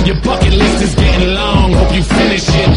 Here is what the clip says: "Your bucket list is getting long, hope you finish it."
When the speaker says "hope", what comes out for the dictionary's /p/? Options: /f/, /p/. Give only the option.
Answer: /f/